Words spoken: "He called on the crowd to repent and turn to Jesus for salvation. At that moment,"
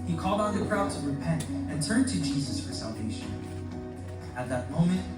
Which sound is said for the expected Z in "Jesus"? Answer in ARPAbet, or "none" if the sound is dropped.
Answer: Z